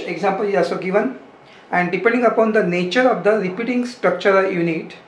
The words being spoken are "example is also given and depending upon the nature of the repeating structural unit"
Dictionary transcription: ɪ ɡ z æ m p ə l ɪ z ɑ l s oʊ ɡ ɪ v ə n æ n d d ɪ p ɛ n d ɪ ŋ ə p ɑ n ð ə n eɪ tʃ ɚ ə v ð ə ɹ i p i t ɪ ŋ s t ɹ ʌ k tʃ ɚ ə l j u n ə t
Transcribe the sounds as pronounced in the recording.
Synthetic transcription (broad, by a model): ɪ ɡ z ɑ m p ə l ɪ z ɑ s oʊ ɡ ɪ v ə n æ n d d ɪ p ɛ n d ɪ ŋ ə p ɑ n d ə n eɪ tʃ ɚ ə v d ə ɹ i p i t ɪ ŋ s t ɹ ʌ k tʃ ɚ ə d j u n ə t